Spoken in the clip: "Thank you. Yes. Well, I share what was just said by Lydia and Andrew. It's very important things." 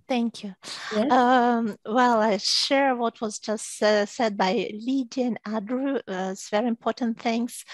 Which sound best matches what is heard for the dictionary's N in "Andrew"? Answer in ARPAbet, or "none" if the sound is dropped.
none